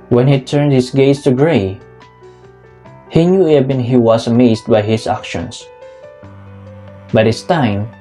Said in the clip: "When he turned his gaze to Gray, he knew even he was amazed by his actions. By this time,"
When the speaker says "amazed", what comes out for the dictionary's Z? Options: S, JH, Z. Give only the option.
S